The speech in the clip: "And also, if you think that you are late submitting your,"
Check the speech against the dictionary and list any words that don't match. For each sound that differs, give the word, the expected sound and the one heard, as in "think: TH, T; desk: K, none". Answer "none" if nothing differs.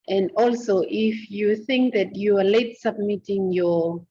none